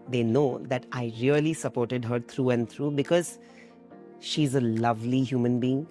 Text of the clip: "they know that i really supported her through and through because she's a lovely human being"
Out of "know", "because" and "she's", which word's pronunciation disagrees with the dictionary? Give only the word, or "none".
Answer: none